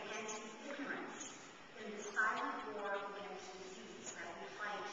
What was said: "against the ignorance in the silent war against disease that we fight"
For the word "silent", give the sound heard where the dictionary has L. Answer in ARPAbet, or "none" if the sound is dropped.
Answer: none